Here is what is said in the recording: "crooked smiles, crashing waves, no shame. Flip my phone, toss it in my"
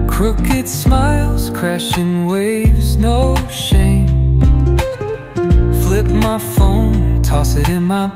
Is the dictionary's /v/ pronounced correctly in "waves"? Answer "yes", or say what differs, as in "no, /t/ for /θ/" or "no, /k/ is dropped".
yes